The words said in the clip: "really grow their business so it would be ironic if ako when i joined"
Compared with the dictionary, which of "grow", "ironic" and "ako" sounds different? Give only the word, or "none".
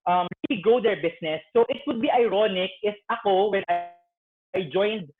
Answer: grow